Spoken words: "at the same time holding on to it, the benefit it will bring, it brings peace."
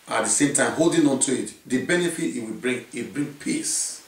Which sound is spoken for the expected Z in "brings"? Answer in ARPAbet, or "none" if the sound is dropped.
none